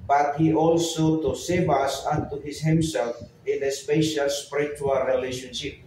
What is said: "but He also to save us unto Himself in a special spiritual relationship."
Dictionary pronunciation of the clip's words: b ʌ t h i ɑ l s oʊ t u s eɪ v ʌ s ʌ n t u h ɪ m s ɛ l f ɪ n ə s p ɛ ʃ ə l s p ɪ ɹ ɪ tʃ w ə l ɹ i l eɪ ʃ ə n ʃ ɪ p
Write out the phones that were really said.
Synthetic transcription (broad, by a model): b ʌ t h i ɑ l s oʊ t u s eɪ b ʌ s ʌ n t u h ɪ m s ɛ l f ɪ n ə s p ɛ ʃ ə l s p ɹ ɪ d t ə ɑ ɹ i l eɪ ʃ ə n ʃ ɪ p